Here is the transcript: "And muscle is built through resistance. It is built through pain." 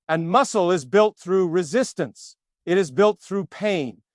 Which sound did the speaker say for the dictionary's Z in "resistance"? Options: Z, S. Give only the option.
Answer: Z